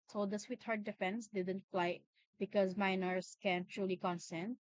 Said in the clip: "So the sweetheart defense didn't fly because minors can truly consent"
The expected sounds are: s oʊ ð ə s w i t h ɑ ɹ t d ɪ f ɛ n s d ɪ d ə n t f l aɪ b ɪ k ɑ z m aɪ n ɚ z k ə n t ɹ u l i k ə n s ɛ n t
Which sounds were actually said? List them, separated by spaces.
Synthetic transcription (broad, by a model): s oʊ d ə s w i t h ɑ ɹ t d ɪ f ɛ n s d ɪ d ə n t f l aɪ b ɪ k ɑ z m aɪ n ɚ s k ə n t ɹ u l i k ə n s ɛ n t